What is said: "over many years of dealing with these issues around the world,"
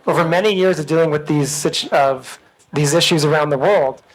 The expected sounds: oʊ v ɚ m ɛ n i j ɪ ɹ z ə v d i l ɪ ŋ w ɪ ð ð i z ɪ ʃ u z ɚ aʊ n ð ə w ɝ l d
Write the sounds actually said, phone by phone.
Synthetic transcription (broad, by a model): oʊ v ɚ m ɛ n i j ɪ ɹ z ə v d i l ɪ ŋ w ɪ ð ð i z ɪ ʃ u z ɚ aʊ n ð ə w ɝ l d